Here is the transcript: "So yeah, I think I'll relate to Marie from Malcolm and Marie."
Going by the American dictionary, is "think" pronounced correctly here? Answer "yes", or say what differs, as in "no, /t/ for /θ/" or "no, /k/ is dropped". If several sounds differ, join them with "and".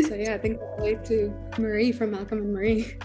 yes